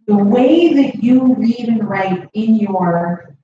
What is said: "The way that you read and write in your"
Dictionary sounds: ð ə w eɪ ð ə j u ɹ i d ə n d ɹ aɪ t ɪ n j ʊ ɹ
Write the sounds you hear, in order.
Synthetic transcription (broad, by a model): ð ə w eɪ ð ə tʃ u l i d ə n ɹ aɪ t ɪ n j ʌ ɹ